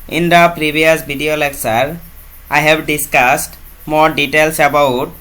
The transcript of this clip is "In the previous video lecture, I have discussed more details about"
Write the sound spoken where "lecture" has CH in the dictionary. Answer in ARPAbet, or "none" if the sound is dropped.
S